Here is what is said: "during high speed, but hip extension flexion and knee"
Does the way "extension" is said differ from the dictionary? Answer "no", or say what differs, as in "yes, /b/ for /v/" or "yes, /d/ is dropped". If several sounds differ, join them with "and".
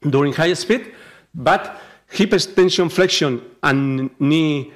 yes, /k/ is dropped